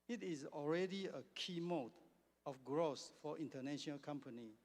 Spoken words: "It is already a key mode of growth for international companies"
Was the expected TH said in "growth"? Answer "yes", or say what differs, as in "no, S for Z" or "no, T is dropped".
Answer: no, S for TH